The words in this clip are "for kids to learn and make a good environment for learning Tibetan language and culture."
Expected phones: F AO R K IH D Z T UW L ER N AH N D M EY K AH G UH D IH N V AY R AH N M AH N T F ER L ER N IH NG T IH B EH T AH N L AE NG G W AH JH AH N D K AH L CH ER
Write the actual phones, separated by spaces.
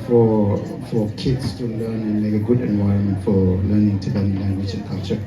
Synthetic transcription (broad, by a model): F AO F K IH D S T UW L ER N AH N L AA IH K AH G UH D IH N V AY R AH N M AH N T F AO L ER N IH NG T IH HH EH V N L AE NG G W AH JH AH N K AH L CH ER